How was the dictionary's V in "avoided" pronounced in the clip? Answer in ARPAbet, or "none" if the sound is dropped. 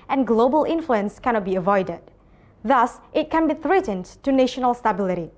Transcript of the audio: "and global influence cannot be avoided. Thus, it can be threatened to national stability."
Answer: V